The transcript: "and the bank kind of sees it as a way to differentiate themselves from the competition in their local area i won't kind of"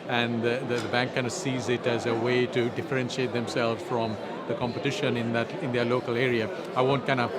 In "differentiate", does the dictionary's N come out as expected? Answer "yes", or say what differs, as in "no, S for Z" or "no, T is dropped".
yes